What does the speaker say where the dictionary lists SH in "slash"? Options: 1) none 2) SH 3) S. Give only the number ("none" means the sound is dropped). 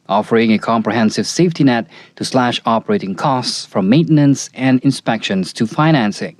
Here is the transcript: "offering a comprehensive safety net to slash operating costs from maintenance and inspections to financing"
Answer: 2